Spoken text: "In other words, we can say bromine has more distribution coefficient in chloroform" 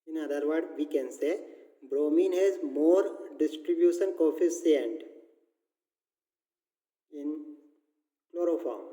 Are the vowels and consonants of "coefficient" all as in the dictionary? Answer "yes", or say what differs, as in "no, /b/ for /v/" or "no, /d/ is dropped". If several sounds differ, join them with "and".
no, /s/ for /ʃ/